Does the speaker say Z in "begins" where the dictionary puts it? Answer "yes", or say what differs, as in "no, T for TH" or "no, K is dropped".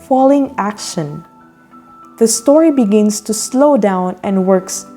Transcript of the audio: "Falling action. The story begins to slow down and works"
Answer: no, S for Z